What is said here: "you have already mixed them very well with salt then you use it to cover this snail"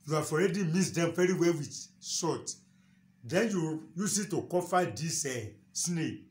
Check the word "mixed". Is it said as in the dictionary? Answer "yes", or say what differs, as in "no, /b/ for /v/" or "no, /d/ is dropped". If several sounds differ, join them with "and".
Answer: no, /k/ is dropped